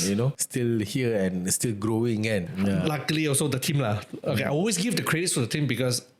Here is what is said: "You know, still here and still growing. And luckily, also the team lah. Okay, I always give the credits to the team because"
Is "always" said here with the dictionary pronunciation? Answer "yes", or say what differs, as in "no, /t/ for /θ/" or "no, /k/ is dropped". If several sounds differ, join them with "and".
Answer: no, /s/ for /z/